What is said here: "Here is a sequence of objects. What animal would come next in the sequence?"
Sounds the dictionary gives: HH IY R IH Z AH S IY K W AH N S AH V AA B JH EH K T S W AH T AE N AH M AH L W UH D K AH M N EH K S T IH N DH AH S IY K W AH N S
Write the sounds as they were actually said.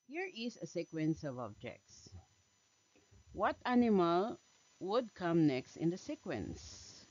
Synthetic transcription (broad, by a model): HH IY R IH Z AH S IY K W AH N S AH V AA B JH EH K T S W AH T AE N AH M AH L W UH D K AH M N EH K S T IH N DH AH S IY K W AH N S